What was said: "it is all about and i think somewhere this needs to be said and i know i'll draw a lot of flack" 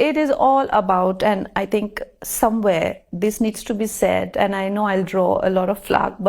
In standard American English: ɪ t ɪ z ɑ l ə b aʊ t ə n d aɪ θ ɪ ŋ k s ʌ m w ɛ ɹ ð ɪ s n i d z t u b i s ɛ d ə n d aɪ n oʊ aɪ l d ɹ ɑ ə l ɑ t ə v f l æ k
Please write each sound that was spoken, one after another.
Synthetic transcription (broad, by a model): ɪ t ɪ z ɑ l ə b aʊ t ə n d aɪ t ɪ ŋ k s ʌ m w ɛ ɹ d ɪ s n i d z t u b i s ɛ d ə n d aɪ n oʊ aɪ l d ɹ ɑ ə l ɑ t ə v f l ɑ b